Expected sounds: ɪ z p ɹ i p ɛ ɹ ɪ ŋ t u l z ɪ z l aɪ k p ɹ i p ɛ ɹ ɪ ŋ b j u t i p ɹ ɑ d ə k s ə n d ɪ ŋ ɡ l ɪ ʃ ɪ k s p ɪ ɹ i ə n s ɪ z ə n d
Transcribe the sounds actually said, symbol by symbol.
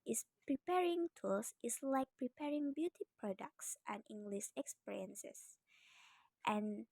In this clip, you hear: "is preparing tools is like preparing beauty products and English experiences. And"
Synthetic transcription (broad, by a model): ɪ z p ɹ i p ɛ ɹ ɪ ŋ t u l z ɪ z l aɪ k p ɹ i p ɛ ɹ ɪ ŋ b j u t i p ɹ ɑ d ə k s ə n ɪ ŋ ɡ l ɪ ʃ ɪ k s p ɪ ɹ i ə n s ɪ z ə n